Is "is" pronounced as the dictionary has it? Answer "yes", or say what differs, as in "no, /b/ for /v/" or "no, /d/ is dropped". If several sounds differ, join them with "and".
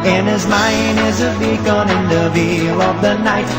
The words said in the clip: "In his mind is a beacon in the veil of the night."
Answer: yes